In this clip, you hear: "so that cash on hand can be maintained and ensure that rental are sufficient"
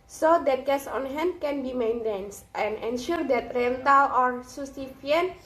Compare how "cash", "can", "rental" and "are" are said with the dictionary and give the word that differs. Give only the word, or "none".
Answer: cash